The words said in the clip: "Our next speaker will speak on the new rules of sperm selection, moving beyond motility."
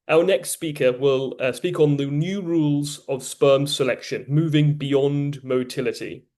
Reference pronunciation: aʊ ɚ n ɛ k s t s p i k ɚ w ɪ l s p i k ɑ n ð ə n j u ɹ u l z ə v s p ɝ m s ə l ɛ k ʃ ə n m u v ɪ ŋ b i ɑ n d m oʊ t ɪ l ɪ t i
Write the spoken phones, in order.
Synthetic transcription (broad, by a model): aʊ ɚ n ɛ k s t s p i k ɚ w ɪ l s p i k n ð ə n j u ɹ u l z ə v s p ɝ m s ə l ɛ k ʃ ə n m u v ɪ ŋ b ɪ ɑ n d m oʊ t ɪ l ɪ t i